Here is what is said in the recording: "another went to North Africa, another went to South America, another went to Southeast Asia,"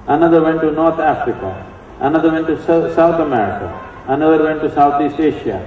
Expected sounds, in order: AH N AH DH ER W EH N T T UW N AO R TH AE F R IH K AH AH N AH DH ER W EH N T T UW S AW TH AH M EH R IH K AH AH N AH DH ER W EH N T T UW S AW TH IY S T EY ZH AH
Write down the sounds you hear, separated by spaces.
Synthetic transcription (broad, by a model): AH N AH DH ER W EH N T T UW N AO R T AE F R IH K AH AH N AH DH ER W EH N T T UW S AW T AH M EH R IH K AH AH N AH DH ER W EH N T T UW S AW T IY S T EY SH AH